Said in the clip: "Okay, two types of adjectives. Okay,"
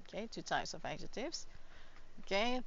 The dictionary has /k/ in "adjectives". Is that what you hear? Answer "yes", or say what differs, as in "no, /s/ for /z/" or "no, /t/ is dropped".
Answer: no, /k/ is dropped